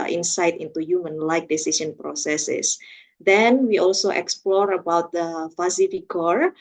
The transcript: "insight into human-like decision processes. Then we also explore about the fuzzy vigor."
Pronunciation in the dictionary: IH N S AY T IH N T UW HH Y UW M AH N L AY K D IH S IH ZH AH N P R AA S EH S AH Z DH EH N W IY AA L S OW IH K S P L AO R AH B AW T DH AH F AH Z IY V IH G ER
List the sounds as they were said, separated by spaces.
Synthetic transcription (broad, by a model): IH N S AY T IH N T UW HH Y UW M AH N L AY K D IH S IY S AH N P R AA S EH S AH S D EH N W IY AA L S OW IH K S P L AO R AH B AW T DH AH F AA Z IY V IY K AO